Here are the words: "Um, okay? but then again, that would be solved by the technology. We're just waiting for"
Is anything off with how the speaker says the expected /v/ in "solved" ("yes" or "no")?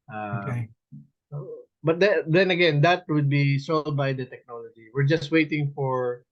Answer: yes